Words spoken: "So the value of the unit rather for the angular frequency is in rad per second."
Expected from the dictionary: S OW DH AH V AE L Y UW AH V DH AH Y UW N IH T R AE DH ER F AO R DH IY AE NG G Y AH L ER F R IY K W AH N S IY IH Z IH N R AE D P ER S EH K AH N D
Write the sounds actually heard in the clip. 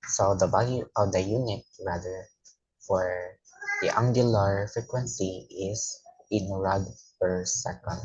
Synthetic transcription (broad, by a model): S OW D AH B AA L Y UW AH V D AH Y UW N IH T R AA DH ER F AO R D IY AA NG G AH L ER F R IY K W AH N S IY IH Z IH N R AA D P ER S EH K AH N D